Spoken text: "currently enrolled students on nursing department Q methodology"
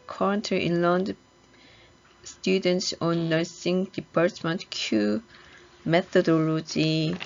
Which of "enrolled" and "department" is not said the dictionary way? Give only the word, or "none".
enrolled